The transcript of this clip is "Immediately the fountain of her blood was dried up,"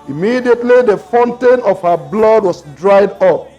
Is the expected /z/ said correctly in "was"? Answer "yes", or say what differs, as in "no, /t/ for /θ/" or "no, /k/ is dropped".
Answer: no, /s/ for /z/